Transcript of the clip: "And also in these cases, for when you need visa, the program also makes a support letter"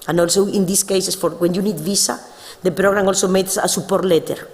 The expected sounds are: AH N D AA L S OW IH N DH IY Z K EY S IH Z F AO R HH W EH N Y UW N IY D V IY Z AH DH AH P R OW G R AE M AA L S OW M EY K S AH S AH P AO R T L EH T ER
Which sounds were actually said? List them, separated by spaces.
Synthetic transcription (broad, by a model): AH N AA L S OW IH N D IY S K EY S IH S F AO R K W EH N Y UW N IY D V IY S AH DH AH P R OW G R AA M AA L S OW M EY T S AH S AH P AO R T L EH T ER